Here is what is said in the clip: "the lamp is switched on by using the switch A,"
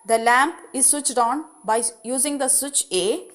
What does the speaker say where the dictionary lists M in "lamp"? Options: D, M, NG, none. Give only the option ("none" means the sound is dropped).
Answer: M